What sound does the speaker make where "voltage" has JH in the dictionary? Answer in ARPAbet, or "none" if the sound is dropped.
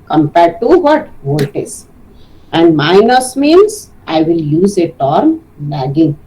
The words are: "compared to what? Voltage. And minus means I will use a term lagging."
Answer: Z